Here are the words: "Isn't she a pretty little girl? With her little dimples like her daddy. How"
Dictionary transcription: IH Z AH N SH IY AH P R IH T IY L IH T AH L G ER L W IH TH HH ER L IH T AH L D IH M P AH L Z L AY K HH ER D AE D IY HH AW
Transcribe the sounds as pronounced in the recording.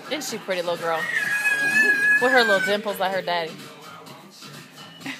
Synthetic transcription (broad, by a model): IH N SH IY P R IH T IY L IH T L G ER L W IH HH ER L IH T L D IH M P L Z L AY K HH ER D AE D IY